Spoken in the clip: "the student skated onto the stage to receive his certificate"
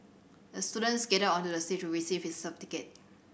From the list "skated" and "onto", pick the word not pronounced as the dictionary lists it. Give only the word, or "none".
skated